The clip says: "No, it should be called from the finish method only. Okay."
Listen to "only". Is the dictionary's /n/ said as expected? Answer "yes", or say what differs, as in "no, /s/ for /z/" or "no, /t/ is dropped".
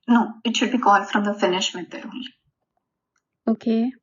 no, /n/ is dropped